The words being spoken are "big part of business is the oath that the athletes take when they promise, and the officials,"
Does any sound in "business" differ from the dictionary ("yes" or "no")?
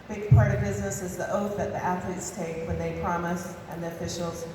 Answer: no